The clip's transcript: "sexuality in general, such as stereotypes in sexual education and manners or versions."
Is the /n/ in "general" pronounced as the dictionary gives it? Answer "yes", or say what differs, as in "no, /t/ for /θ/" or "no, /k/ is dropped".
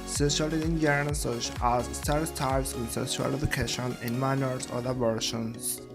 no, /n/ is dropped